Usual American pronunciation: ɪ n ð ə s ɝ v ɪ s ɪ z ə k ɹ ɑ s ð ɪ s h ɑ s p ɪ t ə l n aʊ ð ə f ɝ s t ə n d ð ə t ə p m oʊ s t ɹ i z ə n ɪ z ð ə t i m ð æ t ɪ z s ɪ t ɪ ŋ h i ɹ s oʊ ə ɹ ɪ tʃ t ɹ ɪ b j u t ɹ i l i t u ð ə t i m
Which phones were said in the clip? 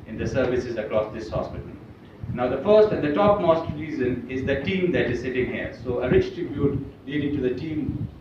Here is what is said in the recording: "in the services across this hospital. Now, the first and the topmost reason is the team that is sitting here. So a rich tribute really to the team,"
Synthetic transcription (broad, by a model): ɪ n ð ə s ɝ v ɪ s ɪ z ə k ɹ ɑ s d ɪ s h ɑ s p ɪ t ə l n aʊ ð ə f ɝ s t ə n d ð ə t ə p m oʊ s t ɹ i z ə n ɪ z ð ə t i m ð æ t ɪ z s ɪ t ɪ ŋ h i ɹ s oʊ ə ɹ ɪ tʃ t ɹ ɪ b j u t l i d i t u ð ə t i m